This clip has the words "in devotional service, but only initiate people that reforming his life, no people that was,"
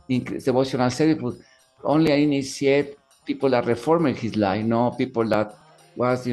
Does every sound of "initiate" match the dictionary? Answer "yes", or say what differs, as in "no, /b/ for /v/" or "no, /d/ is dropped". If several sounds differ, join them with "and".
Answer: no, /s/ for /ʃ/